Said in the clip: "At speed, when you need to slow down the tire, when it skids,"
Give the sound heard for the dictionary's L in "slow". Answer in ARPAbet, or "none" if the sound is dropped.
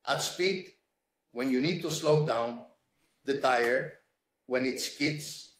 L